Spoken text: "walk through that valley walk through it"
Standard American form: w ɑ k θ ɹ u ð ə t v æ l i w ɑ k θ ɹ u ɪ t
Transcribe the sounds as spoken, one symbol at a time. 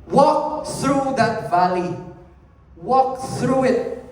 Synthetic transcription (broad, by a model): w ɑ k θ ɹ u ð ə t v æ l i w ɑ k θ ɹ u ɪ t